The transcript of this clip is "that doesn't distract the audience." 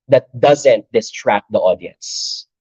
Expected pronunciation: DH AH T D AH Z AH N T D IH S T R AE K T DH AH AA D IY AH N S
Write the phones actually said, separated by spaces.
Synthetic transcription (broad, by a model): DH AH T D AH Z AH N T D IH S T R AE K T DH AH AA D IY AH N S